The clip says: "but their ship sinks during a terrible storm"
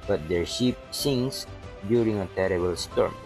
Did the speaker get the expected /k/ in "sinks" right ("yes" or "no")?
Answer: no